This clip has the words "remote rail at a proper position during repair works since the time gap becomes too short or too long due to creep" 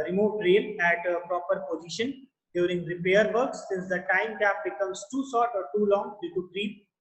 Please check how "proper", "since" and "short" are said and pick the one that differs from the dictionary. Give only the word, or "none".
short